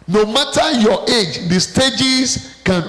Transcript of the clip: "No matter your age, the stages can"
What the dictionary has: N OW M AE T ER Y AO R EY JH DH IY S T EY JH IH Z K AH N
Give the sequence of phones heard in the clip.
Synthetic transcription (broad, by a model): N OW M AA T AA Y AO EY JH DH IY S T EY JH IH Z K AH N